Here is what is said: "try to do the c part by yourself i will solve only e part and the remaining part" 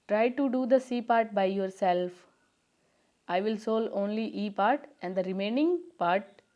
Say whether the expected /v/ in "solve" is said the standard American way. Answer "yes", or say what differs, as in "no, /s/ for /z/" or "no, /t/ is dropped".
no, /v/ is dropped